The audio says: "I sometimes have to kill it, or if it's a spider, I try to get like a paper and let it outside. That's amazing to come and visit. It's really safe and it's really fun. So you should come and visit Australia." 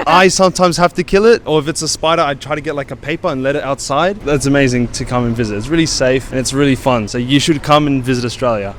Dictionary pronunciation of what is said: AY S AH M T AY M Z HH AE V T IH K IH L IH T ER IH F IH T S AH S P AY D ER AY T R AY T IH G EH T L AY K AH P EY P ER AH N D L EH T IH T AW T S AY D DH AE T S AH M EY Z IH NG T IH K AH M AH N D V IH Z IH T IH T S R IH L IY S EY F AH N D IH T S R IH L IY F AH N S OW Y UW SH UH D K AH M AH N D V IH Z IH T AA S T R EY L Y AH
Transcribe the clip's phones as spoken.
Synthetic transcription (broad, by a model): AY S AH M T AY M Z HH AE F T IH K IH L IH T ER IH F IH T S AH S P AY D ER AY T R AY T IH G EH T L AY K AH P EY P ER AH N L EH T IH T AW T S AY D DH AE T S AH M EY Z IH NG T IH K AH M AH N V IH Z IH T IH T S R IH L IY S EY F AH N IH T S R IH L IY F AH N S OW Y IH SH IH D K AH M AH N V IH Z IH T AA S T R EY L Y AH